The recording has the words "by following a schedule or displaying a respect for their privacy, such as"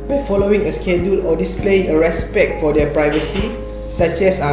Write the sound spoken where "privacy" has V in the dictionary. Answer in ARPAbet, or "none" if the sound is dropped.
V